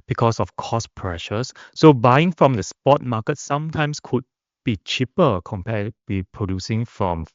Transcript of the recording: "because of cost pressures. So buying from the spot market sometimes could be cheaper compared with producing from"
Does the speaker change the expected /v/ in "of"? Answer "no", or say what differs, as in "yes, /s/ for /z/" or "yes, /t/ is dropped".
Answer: yes, /f/ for /v/